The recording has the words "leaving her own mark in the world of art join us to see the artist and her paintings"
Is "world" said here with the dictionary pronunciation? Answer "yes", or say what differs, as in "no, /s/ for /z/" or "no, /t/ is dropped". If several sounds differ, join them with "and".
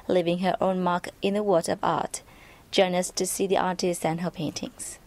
no, /l/ is dropped